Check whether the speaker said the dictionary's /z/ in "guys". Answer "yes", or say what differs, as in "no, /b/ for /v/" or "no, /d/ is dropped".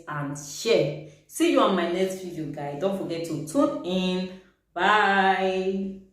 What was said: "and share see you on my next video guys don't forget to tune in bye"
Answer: no, /z/ is dropped